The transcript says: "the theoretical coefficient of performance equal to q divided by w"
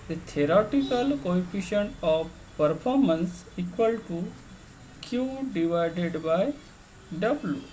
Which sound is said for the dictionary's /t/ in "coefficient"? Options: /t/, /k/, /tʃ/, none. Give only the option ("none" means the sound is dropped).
none